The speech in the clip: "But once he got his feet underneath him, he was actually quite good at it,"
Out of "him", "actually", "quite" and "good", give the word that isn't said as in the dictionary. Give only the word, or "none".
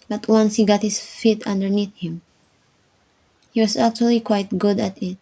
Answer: none